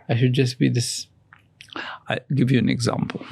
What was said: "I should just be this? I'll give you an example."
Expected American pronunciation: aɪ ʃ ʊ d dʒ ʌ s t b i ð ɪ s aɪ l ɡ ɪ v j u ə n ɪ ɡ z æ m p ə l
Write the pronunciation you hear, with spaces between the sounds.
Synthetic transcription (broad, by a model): aɪ ʃ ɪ d dʒ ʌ s b i ð ɪ s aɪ ɡ ɪ v j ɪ ə n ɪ ɡ z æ m p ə l